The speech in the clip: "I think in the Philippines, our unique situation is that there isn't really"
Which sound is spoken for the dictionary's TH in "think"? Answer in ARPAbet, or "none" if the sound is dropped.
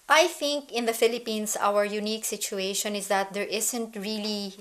TH